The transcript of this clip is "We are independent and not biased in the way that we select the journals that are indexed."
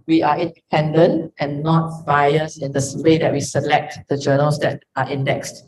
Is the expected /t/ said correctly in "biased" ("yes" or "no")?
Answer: no